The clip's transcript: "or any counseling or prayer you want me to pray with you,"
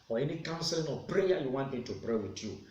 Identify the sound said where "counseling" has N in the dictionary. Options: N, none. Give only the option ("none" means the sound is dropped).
N